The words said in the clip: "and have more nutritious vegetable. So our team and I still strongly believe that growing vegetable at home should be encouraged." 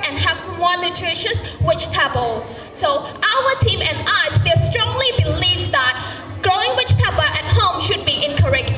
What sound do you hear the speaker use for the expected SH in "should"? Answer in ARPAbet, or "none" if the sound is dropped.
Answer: SH